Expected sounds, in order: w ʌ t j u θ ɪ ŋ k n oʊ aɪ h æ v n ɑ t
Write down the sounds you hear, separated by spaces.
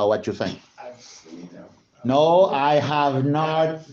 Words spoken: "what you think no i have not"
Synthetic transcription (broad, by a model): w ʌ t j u θ ɪ ŋ k n oʊ aɪ h æ v n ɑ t